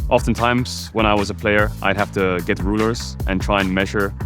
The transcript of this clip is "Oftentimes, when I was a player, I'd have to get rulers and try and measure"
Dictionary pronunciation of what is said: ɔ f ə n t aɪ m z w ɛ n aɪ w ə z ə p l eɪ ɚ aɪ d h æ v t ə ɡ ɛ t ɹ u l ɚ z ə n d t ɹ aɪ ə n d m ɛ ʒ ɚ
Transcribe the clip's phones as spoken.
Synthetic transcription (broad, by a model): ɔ f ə n t aɪ m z w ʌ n aɪ w ə z ə p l eɪ ɚ aɪ d h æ f t ə ɡ ɛ t ɹ u l ɚ z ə n t ɹ aɪ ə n m ɛ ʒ ɚ